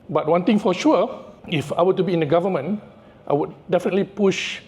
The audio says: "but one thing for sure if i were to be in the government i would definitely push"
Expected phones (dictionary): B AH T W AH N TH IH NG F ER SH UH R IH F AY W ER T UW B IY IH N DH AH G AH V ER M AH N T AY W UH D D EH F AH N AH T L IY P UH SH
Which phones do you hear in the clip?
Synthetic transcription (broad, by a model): B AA T W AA N T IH NG F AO SH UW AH IH F AY W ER T UW B IY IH N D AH G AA V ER M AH N T AY W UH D D EH F AH N AH T L IY P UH SH